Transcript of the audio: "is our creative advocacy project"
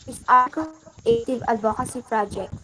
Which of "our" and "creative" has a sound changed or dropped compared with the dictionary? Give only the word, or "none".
creative